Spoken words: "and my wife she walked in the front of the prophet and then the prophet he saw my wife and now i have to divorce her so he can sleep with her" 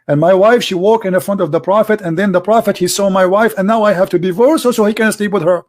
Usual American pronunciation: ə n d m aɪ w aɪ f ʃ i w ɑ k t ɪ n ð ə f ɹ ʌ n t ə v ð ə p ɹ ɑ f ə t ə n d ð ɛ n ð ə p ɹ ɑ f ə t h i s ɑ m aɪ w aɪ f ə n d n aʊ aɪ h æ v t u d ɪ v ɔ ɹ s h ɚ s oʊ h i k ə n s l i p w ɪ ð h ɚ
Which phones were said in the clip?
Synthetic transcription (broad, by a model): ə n m aɪ w aɪ f ʃ i w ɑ k ɪ n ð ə f ɹ ʌ n t ə v ð ə p ɹ ɑ f ə t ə n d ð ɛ n ð ə p ɹ ɑ f ə t h i s ɑ m aɪ w aɪ f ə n n aʊ aɪ h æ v t u d ɪ v ɔ ɹ s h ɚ s oʊ h i k ə n s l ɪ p w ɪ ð h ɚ